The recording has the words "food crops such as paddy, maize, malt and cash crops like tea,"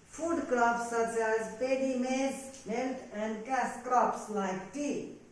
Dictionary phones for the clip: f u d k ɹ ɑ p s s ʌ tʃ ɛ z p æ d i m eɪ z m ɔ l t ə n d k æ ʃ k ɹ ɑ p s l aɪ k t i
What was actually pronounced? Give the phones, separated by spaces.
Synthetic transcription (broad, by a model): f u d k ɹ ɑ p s s ʌ tʃ ɛ z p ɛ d i m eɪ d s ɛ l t ə n d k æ s k ɹ ɑ p s l aɪ k t i